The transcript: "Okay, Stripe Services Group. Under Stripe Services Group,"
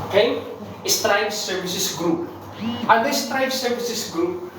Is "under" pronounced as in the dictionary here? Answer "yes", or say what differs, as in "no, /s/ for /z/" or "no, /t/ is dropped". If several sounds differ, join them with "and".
no, /n/ is dropped